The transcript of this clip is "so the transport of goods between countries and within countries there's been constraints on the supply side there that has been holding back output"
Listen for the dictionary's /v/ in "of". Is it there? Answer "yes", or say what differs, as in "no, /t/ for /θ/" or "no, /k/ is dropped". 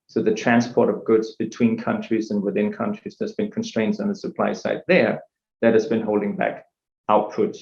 yes